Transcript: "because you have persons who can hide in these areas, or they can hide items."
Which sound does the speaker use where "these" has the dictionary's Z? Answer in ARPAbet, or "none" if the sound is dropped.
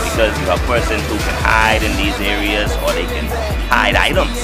Z